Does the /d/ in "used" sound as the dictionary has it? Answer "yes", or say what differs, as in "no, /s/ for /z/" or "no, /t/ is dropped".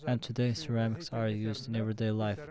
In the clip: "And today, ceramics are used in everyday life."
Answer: yes